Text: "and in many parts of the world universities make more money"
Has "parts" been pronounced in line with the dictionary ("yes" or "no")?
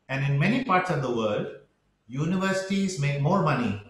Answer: yes